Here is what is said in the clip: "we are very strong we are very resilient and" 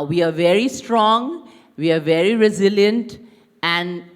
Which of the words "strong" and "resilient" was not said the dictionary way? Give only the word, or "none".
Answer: none